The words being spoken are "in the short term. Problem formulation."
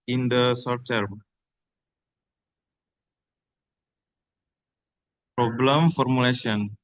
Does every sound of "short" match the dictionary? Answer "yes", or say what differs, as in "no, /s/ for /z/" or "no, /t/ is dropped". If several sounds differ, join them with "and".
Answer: no, /s/ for /ʃ/